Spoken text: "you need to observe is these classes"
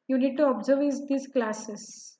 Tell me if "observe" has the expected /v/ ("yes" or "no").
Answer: yes